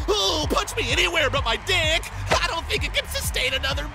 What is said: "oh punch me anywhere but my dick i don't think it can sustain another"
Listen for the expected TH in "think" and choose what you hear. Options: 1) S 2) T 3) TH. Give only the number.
3